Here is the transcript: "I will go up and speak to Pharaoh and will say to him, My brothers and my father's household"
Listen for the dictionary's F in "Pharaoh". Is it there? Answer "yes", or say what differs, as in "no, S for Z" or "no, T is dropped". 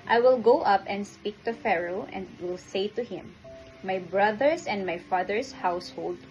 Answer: yes